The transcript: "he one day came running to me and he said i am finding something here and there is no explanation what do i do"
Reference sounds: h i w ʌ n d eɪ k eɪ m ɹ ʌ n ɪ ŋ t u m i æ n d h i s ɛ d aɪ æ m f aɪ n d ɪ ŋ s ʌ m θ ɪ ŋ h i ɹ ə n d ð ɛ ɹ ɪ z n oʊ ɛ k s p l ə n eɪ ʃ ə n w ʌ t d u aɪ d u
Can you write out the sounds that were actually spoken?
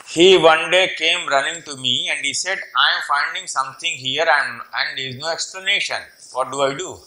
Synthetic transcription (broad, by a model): h i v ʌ n d eɪ k eɪ m ɹ ʌ n ɪ ŋ t u m i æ n d h i s ɛ d aɪ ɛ m f aɪ n d ɪ ŋ s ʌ m t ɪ ŋ h i ɹ ə n d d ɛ ɹ ɪ z n oʊ ɛ k s p l ə n eɪ ʃ ə n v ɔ t d u aɪ d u